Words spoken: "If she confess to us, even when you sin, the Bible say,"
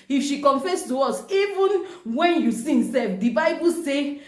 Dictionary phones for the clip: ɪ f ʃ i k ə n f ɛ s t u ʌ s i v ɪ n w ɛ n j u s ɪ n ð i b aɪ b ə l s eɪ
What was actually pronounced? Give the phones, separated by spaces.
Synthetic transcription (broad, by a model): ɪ f ʃ i k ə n f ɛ s t u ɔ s i v ɪ n w ɛ n j u s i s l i b aɪ b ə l s eɪ